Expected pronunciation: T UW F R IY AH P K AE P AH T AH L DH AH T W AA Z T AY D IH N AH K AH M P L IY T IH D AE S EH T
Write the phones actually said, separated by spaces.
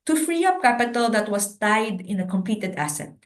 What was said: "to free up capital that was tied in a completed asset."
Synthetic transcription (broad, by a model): T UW F R IY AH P K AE P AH T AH L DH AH T W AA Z T AY D IH N AH K AH M P L IY T IH D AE S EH T